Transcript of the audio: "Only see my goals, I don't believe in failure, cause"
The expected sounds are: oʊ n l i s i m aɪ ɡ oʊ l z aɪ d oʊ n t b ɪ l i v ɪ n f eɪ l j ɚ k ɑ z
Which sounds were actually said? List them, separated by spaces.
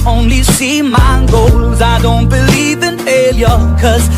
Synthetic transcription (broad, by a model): oʊ n l i s i m aɪ ɡ oʊ l z aɪ d oʊ n t b ɪ l i v ɪ n eɪ l j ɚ k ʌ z